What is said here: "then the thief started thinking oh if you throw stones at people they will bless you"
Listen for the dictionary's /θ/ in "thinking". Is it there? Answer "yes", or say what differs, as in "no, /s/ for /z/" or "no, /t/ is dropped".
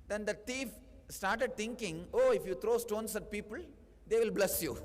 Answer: no, /t/ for /θ/